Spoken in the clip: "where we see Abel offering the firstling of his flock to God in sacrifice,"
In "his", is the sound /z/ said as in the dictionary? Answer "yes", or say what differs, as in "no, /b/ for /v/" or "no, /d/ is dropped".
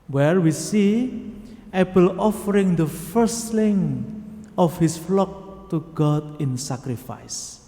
no, /s/ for /z/